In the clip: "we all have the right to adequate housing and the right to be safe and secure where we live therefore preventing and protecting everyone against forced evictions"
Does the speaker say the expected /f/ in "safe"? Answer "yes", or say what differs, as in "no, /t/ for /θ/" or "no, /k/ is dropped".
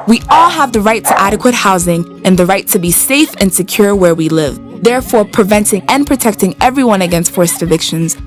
yes